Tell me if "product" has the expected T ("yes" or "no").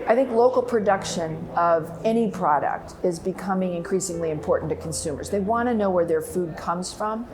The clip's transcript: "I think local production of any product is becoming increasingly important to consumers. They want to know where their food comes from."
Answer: yes